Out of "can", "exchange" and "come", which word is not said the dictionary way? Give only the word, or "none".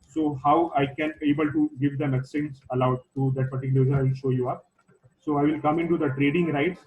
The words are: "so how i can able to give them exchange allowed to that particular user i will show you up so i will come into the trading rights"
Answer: exchange